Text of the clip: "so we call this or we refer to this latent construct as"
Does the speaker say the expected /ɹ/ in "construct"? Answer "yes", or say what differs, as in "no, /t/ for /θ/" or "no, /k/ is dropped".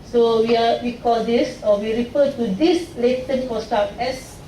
no, /ɹ/ is dropped